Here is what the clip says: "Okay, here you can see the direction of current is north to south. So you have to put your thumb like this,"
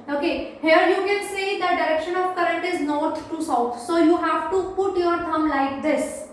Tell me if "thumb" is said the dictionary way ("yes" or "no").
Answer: no